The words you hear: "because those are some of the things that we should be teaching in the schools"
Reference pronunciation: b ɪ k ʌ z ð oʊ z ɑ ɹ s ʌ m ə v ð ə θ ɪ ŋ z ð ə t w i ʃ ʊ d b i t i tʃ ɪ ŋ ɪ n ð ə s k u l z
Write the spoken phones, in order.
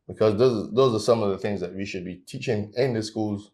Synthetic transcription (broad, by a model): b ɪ k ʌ z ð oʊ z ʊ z s ʌ m ə v ð ə θ ɪ ŋ z ð ə t w i ʃ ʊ d b i t i tʃ ɪ ŋ ɪ n ð ə s k u l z